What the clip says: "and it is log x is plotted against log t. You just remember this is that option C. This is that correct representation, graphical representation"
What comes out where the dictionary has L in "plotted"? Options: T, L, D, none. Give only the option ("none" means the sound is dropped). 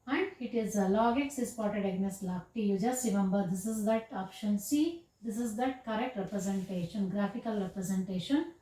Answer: none